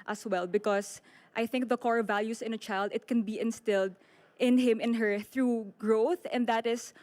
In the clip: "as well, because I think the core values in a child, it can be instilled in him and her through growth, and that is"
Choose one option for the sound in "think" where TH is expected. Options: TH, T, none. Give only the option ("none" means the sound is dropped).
TH